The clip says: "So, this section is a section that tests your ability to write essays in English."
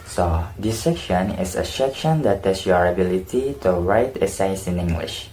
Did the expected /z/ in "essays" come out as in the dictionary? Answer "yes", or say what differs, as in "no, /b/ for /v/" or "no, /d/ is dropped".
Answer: no, /s/ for /z/